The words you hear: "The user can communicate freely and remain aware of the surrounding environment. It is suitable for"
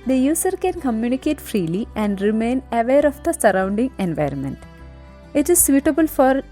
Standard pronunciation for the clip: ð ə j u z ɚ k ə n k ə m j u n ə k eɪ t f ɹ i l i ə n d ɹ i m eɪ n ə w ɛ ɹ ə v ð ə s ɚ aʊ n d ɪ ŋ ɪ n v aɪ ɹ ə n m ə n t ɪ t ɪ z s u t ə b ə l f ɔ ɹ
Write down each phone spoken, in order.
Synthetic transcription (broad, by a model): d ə j u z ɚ k ə n k ə m j u n ə k eɪ t f ɹ i l i ə n d ɹ i m eɪ n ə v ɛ ɹ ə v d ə s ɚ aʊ n d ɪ ŋ ɪ n v aɪ ɹ ə n m ə n t ɪ t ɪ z s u t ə b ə l f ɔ ɹ